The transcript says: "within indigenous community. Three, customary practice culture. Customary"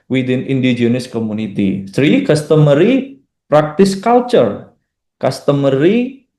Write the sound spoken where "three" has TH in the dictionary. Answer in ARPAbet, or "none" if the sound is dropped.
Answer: S